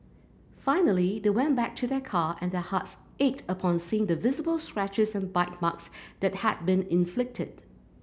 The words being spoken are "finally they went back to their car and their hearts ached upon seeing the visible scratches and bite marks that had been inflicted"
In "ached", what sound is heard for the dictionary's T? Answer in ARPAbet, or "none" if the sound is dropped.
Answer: T